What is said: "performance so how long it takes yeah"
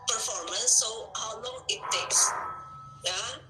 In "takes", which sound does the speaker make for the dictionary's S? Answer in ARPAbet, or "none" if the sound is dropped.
S